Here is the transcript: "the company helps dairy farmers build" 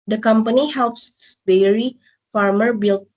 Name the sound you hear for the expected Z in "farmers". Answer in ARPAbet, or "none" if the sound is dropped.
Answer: none